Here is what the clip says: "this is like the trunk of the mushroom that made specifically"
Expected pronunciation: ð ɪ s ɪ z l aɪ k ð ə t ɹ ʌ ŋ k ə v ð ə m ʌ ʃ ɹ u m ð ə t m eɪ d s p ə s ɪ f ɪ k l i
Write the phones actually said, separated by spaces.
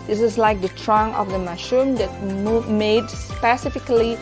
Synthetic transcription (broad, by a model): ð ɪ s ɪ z l aɪ k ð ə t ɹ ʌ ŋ ə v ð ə m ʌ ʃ u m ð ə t m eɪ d s p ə s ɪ f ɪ k l i